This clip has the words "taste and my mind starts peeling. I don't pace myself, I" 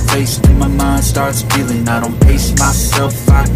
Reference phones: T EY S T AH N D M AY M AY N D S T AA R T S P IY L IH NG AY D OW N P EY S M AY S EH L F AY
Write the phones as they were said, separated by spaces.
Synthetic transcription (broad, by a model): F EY S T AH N M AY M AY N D S T AA R T S F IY L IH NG AY D OW N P EY S M AY S EH L F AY